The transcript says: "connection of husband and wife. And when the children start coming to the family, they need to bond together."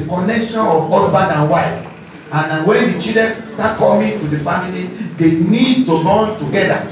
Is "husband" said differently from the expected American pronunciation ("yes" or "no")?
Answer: yes